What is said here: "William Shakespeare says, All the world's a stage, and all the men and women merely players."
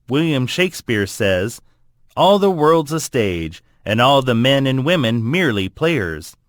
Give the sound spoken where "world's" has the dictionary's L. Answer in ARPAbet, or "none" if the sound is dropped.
L